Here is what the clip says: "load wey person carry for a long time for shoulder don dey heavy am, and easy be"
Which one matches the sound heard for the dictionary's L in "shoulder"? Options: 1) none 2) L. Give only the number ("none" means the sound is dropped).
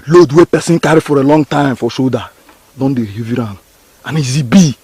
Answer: 1